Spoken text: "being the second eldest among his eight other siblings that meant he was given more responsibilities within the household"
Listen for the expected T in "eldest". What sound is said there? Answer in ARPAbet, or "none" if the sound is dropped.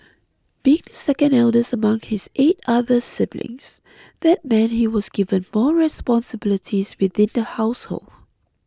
none